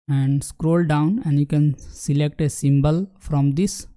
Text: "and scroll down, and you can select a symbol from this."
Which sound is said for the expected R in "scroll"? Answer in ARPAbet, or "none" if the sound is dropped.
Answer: R